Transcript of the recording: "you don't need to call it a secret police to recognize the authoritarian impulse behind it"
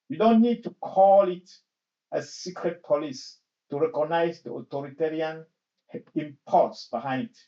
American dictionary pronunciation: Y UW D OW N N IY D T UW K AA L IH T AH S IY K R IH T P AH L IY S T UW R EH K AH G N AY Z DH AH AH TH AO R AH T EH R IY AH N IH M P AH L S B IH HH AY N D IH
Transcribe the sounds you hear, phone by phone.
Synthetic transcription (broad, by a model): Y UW D OW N N IY D T UW K AA L IH T AH S IY K R IH T P AH L IY S T UW R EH K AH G N AY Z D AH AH T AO R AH T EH R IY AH N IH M P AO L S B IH HH AY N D